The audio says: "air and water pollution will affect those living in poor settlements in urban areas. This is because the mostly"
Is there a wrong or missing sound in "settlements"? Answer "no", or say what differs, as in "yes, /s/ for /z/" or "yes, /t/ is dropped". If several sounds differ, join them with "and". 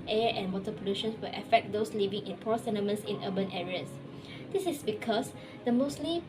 yes, /l/ is dropped